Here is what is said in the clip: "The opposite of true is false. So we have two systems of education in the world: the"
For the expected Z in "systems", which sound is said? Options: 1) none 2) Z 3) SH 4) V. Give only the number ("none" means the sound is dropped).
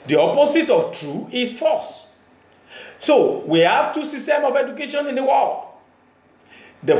1